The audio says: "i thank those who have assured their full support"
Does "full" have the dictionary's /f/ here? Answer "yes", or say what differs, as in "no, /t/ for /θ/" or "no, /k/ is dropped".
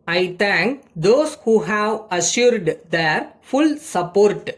yes